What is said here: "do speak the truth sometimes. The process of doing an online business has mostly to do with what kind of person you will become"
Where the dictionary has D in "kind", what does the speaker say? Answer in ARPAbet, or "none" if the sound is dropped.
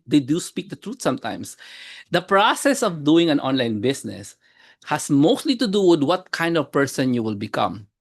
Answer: D